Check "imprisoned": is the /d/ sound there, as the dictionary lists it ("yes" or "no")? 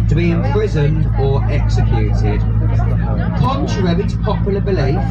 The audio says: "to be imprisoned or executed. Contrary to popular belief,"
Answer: yes